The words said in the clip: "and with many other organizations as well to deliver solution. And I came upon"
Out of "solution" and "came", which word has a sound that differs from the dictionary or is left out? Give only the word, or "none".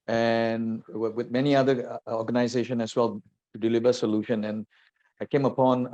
none